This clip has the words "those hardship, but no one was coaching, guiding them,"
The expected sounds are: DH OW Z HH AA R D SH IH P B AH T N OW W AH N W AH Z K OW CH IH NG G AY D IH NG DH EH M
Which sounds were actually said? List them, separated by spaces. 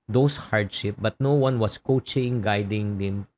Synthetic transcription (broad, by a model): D OW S HH AA R D SH IH P B AH T N OW W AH N W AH S K OW CH IH NG G AY D IH NG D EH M